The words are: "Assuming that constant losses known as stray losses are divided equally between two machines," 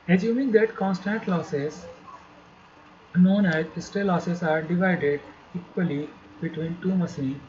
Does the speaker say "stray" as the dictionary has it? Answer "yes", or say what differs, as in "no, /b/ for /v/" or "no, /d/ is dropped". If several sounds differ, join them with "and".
no, /ɹ/ is dropped